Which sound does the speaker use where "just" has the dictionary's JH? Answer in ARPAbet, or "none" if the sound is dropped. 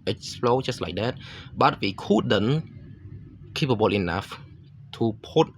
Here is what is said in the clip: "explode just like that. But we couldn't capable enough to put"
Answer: CH